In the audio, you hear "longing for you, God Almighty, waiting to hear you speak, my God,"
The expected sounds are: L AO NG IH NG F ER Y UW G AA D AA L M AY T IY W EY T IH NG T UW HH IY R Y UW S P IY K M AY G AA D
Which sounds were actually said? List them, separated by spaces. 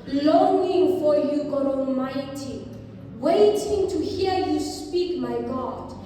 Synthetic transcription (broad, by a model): L AO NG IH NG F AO Y UW G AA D AA L M AY T IY W EY T IH NG T UW HH IY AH Y UW S P IY K M AY G AA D